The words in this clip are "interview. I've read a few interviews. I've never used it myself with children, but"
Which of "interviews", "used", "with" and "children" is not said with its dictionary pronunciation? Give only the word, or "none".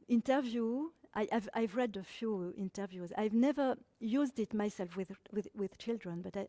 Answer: none